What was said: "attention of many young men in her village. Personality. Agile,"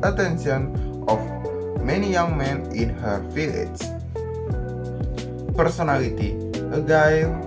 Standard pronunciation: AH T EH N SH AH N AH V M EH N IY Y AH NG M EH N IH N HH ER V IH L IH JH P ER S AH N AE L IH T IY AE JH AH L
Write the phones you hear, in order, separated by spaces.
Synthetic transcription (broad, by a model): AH T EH N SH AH N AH F M EH N IY Y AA NG M EH N IH N HH ER F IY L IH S P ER S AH N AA L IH T IY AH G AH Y